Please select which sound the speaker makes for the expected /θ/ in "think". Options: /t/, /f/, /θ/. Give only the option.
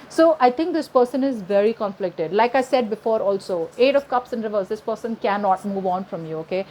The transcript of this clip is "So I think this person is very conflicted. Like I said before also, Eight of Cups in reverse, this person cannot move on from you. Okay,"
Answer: /t/